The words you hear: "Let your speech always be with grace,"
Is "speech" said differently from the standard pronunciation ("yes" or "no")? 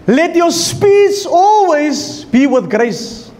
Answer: yes